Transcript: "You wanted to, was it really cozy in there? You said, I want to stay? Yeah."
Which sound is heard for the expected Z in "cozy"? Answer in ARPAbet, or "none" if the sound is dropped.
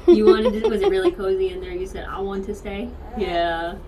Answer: Z